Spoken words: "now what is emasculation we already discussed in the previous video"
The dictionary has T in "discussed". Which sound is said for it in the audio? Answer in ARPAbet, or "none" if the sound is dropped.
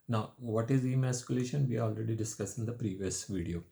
none